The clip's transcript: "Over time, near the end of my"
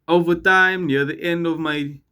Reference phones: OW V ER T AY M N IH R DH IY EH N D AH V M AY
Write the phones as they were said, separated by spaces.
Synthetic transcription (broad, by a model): OW V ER T AY M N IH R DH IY EH N D AH V M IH